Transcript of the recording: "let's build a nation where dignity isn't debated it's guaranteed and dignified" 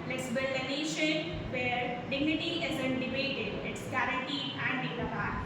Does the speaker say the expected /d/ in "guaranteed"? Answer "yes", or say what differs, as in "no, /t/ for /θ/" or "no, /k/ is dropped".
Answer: no, /d/ is dropped